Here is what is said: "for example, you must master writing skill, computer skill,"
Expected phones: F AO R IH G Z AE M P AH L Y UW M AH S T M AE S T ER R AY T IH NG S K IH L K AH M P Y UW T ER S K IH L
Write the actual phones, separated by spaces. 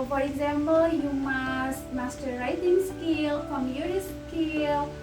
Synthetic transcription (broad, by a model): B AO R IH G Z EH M B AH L Y UW M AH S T M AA S T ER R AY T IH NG S K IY L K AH M Y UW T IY S K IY L